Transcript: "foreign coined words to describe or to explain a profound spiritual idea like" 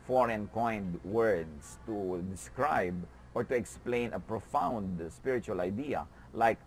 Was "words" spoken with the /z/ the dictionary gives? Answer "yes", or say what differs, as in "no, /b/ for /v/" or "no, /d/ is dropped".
no, /s/ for /z/